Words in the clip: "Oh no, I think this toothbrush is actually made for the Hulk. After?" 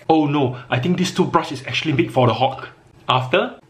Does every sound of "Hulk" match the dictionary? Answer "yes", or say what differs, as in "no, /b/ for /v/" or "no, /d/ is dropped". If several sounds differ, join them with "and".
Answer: no, /l/ is dropped